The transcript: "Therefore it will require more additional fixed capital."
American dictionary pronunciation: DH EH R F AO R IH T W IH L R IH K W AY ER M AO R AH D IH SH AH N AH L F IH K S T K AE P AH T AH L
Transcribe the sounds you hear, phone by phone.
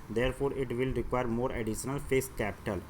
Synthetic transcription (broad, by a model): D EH R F AO R IH T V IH L R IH K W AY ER M AO R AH D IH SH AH N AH L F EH S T K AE P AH T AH L